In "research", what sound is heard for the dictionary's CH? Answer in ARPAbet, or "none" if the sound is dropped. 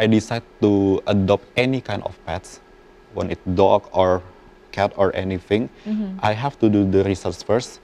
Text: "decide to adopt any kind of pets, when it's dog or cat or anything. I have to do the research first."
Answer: S